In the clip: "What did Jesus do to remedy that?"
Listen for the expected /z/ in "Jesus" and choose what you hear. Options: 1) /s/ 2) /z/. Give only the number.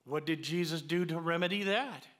2